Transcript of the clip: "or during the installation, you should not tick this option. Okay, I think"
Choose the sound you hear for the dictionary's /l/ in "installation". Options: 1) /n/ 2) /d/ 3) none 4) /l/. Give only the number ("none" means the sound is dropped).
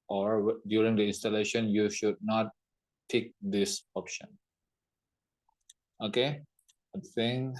4